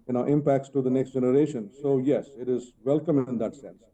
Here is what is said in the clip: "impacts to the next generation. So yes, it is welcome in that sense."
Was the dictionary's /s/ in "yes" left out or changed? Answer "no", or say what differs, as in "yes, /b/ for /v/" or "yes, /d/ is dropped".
no